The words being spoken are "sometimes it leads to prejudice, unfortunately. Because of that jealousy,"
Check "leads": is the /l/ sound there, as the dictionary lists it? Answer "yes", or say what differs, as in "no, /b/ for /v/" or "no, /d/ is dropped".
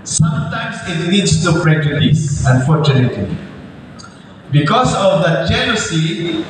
no, /n/ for /l/